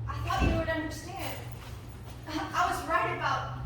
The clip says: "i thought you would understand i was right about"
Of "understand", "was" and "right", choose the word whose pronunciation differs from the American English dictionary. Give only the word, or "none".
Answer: none